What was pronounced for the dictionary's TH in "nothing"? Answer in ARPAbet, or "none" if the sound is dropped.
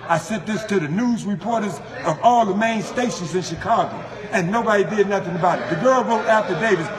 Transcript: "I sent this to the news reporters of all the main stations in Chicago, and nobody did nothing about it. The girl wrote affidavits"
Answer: TH